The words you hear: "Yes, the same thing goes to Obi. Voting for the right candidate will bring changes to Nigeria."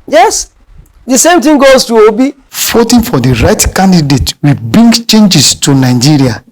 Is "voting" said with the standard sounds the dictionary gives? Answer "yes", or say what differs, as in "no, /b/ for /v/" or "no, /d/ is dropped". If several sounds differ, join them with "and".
no, /f/ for /v/